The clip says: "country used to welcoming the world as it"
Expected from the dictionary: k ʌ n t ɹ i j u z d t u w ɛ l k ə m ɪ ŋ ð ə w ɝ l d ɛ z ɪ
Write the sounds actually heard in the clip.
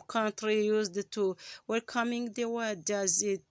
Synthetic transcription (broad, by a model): k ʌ n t ɹ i j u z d t u w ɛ l k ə m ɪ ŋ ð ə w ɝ d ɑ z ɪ